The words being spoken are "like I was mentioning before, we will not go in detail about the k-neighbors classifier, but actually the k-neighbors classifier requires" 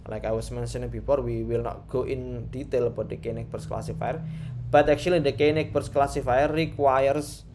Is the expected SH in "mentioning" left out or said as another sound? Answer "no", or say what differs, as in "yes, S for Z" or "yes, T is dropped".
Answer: yes, S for SH